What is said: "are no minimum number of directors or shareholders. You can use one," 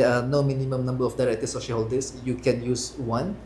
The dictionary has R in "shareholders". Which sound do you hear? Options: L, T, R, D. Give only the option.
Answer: L